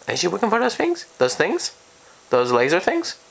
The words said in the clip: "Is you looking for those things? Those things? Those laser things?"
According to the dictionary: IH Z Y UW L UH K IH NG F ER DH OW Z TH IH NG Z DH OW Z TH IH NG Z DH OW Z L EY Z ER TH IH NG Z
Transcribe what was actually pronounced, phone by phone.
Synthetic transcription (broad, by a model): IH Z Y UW W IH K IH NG F ER DH OW Z TH IH NG Z DH OW Z TH IH NG Z DH OW Z L EY Z ER TH IH NG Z